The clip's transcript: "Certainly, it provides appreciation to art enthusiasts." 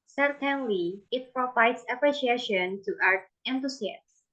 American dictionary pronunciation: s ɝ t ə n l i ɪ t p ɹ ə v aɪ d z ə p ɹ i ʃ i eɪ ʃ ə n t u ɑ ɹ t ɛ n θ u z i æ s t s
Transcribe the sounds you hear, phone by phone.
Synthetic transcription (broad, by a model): s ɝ t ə n l i ɪ t p ɹ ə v aɪ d s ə p ɹ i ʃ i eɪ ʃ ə n t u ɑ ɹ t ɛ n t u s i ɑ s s